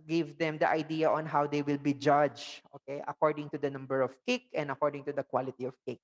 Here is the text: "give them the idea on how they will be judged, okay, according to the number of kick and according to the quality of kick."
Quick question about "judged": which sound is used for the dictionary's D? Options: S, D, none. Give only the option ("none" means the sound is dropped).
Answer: none